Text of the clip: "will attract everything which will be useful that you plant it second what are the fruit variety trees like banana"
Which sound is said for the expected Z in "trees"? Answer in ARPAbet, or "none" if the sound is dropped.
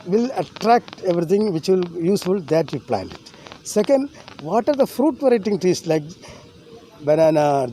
S